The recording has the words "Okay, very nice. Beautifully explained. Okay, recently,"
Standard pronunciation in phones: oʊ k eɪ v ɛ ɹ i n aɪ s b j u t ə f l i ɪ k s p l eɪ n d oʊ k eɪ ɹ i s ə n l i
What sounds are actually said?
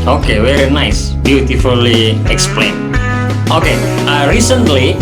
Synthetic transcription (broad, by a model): oʊ k eɪ w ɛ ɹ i n aɪ s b j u t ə f l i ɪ k s p l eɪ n oʊ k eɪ ɹ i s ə n l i